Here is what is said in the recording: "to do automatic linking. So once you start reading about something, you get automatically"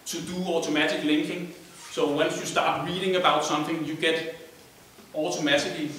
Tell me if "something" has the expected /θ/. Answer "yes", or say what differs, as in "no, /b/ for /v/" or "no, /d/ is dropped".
yes